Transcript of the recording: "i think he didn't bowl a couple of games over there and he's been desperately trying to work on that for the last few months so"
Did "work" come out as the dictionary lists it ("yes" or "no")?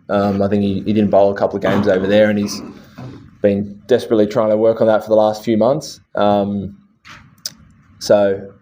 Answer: yes